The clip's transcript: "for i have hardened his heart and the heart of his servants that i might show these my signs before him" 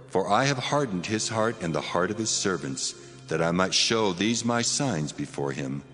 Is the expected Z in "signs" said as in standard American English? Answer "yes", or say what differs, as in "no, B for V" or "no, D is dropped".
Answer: yes